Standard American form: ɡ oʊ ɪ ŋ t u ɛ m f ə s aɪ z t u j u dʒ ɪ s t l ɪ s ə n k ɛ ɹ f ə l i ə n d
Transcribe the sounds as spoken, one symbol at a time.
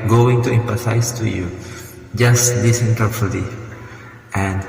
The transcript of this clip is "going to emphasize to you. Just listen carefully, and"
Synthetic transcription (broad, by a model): ɡ oʊ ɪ ŋ t u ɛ m p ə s aɪ s t u j u dʒ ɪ s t l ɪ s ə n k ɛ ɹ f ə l i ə n